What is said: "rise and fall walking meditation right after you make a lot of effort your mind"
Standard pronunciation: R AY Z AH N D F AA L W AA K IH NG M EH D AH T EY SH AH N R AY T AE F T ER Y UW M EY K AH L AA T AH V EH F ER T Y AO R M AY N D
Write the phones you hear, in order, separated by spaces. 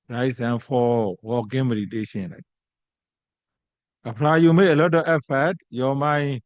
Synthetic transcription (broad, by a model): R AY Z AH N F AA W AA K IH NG M EH D AH T EY SH AH N L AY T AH P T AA Y UW M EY AH L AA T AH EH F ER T Y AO M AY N